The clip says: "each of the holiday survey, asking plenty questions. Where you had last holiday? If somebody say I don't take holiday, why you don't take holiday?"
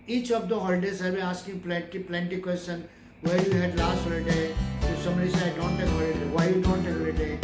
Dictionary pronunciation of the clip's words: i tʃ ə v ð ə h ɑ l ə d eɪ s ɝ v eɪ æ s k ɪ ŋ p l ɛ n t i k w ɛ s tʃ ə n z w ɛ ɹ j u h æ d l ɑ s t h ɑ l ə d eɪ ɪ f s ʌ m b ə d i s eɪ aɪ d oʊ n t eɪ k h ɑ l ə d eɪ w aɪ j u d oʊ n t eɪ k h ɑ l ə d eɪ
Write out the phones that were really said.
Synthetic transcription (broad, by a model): i tʃ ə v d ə h ɑ l ə d eɪ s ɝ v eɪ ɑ s k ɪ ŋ p l ɛ n t i k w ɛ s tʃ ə n w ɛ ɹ j u h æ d l ɑ s t h ɑ l ə d eɪ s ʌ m ə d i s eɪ aɪ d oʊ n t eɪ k h ɑ l ə d eɪ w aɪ j u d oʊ n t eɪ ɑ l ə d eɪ